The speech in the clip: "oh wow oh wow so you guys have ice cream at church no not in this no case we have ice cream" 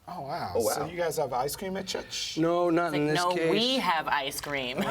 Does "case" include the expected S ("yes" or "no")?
no